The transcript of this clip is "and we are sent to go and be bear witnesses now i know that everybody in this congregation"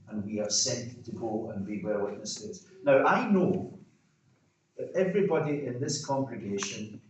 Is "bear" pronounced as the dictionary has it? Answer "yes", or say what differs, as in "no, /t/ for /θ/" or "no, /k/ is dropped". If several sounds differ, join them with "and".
no, /l/ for /ɹ/